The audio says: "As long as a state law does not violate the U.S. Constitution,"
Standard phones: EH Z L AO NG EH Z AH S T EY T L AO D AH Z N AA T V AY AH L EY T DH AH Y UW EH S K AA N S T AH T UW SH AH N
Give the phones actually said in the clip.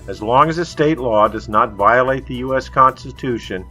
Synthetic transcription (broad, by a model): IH Z L AO NG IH Z AH S T EY T L AO D AH Z N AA T V AY AH L EY T DH AH Y UW EH S K AA N S T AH T UW SH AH N